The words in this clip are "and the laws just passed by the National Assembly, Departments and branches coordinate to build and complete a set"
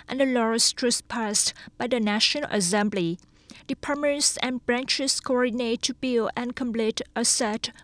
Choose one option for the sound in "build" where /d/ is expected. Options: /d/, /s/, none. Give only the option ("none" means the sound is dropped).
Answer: none